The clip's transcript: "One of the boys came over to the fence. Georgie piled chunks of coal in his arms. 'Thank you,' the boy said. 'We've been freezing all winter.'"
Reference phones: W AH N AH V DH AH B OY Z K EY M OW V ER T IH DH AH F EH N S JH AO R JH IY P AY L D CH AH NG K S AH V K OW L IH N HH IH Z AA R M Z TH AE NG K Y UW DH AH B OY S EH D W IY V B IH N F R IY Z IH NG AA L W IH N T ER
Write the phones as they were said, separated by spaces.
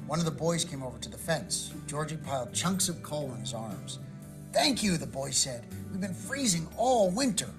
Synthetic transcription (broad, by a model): W AH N AH V DH AH B OY Z K EY M OW V ER T IH DH AH F EH N S JH AO R JH IY P AY L D CH AH NG K S AH V K OW L IH N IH Z AA R M Z TH AE NG K Y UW DH AH B OY S EH D W IY V B IH N F R IY Z IH NG AA L W IH N T ER